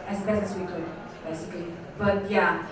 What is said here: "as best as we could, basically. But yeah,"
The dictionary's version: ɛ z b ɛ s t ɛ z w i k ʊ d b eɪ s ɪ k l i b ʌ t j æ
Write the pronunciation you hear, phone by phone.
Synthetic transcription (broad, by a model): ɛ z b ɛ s ɛ s w i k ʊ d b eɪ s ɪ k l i b ʌ t j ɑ